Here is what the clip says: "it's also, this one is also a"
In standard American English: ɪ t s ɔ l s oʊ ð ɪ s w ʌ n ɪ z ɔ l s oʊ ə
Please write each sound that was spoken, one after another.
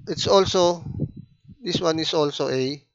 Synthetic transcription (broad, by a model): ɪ t s ɔ l s oʊ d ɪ s w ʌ n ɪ s ɔ l s oʊ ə